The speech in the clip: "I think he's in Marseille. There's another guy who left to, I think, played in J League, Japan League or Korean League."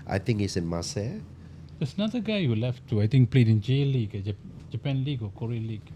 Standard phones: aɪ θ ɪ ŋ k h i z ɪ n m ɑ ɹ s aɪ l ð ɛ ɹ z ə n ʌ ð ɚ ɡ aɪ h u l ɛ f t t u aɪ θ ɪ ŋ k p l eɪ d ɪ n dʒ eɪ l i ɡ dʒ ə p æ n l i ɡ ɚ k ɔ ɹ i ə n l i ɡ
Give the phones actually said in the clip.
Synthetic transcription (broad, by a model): aɪ t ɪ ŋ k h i s ɪ n m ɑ s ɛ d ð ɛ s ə n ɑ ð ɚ ɡ aɪ h u l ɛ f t t u aɪ t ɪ ŋ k p l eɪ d ɪ n dʒ eɪ l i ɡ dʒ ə p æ n l i ɡ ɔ k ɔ ɹ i l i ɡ